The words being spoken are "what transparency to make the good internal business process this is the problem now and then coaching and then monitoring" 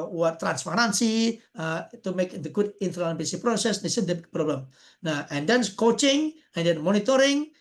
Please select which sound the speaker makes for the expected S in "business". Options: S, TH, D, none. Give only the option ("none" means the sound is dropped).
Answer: none